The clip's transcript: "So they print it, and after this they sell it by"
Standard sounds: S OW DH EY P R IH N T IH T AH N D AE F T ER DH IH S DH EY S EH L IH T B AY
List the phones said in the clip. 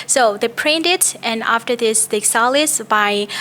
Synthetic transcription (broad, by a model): S OW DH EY P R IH N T IH T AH N AE F T ER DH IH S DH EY S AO L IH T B AY